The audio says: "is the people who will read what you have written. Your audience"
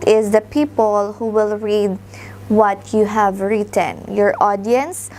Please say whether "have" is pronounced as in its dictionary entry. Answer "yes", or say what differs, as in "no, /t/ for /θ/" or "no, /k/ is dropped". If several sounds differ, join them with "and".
yes